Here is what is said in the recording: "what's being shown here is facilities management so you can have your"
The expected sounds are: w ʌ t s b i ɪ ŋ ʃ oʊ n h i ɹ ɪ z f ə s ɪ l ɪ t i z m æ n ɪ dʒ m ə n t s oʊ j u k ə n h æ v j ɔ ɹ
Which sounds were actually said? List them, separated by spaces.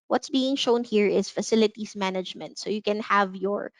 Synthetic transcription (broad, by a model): w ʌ t s b i ɪ ŋ ʃ oʊ n h i ɹ ɪ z f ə s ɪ l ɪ t i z m æ n ɪ dʒ m ə n t s oʊ j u k ə n h æ v j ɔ ɹ